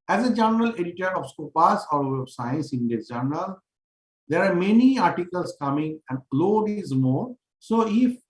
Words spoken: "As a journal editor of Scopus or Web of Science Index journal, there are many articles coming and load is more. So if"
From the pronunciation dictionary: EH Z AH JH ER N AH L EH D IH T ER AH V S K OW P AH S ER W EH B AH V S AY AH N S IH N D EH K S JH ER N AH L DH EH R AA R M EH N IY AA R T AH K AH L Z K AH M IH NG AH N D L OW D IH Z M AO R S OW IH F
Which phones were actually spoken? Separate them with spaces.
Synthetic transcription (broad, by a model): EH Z AH JH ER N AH L EH D IH T ER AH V S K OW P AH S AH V S AY AH N S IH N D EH S JH ER N AH L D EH R AA R M EH N IY AA R T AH K AH L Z K AH M IH NG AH N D L OW D IH Z M AO R S OW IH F